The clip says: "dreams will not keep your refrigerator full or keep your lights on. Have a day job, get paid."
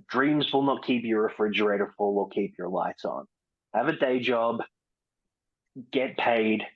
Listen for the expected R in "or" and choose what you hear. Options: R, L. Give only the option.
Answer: L